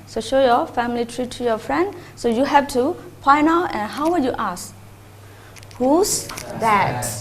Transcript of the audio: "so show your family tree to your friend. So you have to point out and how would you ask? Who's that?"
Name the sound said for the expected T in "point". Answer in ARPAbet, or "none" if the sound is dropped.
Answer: none